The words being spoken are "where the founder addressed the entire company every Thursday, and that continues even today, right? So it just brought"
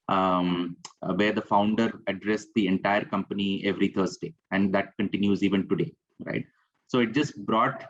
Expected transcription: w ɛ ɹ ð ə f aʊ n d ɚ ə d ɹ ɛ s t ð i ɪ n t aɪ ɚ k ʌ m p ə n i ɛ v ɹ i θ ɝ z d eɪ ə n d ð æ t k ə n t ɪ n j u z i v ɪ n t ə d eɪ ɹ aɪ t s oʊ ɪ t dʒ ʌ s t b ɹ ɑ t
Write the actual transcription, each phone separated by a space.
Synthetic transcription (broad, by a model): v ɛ ɹ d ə f aʊ n d ɚ ə d ɹ ɛ s t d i ɪ n t aɪ ɚ k ʌ m p ə n i ɛ v ɹ i t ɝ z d eɪ ə n d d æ t k ə n t ɪ n j u z i v ɪ n t ə d eɪ ɹ aɪ t s oʊ ɪ t dʒ ʌ s t b ɹ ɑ t